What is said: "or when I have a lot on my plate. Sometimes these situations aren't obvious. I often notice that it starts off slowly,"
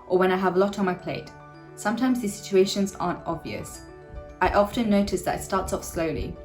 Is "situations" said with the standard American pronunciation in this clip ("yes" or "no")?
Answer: yes